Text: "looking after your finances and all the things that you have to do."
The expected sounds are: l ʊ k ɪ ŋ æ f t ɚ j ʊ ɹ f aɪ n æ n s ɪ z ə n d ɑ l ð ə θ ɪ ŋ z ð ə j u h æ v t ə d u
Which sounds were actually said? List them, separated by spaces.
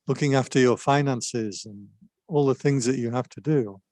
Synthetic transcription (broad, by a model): l ʊ k ɪ ŋ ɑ f t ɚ j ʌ ɹ f aɪ n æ n s ɪ z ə n ɑ l ð ə θ ɪ ŋ z ð ə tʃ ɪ h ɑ f t ə d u